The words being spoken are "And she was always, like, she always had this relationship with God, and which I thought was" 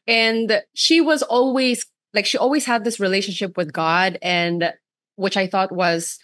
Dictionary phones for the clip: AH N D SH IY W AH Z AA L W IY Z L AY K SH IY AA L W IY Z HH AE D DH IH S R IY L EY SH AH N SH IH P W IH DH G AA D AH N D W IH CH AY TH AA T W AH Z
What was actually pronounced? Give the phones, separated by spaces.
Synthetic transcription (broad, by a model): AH N SH IY W AH Z AA L W IY Z L AY K SH IY AA L W IY Z HH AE D DH IH S R IY L EY SH AH N SH IH P W IH DH G AA D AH N W IH CH AY TH AA T W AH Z